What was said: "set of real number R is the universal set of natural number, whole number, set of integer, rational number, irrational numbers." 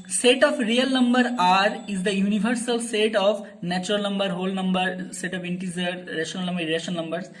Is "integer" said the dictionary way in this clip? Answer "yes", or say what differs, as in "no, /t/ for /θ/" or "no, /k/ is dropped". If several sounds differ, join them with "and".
no, /z/ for /dʒ/